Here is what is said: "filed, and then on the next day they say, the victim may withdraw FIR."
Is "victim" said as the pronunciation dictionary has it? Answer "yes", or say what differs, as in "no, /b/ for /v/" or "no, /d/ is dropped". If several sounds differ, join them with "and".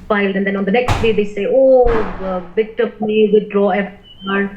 no, /b/ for /v/ and /k/ is dropped